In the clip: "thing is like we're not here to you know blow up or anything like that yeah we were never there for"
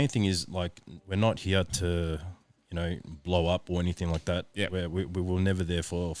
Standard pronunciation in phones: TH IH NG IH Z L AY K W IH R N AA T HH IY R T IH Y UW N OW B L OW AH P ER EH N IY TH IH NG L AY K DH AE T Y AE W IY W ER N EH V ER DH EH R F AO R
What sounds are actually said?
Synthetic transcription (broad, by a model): TH IH NG IH Z L AY K W IH R N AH T HH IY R T IH Y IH N OW B L OW AH P ER EH N IY TH IH NG L AY K DH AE T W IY W IY W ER N EH V ER DH EH R F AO R